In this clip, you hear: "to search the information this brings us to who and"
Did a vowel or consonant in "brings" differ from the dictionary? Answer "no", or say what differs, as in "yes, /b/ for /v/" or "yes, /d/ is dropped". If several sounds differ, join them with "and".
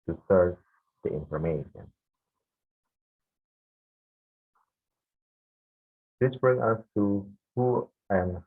yes, /z/ is dropped